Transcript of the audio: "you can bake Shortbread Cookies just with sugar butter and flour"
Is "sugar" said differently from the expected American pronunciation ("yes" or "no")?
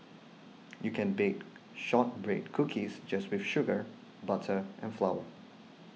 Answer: no